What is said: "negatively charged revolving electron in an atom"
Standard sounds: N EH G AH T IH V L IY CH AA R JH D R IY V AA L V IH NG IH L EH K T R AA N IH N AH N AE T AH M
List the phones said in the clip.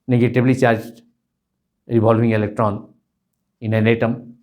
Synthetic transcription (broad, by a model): N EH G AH T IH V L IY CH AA R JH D R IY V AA L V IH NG IH L EH K T R AA N IH N AH N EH T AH M